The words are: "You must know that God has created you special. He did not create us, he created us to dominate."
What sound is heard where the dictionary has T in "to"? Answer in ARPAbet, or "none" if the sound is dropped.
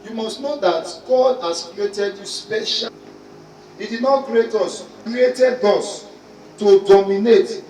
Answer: T